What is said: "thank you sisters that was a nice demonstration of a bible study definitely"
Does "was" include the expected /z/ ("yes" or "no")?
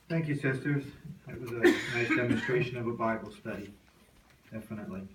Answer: yes